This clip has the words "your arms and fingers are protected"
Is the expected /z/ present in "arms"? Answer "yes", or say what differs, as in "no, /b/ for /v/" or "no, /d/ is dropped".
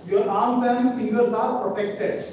no, /s/ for /z/